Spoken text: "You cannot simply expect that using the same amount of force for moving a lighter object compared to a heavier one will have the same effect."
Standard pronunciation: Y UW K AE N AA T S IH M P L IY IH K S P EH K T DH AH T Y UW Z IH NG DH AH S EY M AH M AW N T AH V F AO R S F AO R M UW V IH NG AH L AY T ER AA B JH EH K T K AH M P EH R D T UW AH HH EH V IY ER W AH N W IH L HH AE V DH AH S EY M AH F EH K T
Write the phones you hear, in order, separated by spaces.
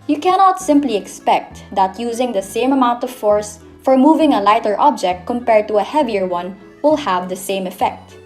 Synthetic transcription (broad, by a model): Y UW K AE N AA T S IH M P L IY IH K S P EH K T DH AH T Y UW Z IH NG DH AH S EY M AH M AW N T AH V F AO R S F AO R M UW V IH NG AH L AY T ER AA B JH EH K T K AH M P EH R D T UW AH HH EH V IY ER W AH N W IH L HH AE V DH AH S EY M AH F EH K T